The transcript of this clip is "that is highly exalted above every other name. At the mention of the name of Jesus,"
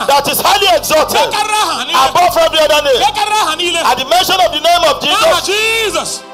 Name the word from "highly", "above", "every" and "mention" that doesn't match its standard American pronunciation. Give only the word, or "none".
above